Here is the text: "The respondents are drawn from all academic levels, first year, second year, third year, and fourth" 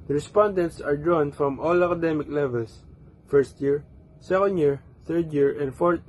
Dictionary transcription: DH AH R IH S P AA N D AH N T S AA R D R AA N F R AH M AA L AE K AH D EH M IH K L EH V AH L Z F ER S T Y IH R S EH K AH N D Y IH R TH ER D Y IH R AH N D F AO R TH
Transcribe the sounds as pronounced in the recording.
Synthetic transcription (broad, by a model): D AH R IH S P AA N D AH N T S AA R D R AA N F R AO M AA L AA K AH D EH M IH K L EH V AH L S F ER S T Y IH R S EH K AH N D Y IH R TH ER D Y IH R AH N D F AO R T